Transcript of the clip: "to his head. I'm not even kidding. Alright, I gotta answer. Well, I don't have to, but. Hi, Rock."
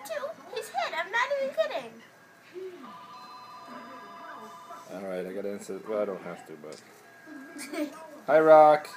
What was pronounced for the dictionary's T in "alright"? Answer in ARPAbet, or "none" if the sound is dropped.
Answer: T